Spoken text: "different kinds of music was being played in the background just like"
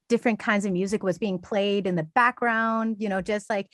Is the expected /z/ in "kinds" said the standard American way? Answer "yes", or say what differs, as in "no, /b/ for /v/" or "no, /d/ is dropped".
yes